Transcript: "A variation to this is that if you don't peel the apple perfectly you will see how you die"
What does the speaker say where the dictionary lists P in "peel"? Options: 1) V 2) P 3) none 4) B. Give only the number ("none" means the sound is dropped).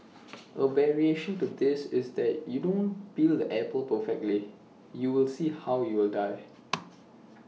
4